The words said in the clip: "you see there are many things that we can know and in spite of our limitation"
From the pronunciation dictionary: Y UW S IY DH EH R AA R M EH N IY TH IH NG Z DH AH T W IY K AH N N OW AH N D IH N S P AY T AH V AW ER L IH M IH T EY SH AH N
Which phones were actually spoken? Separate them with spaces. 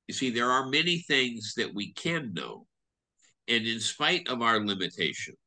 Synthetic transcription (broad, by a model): Y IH S IY DH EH R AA R M EH N IY TH IH NG Z DH AH T W IY K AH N N OW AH N IH N S P AY T AH V AW ER L IH M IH T EY SH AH N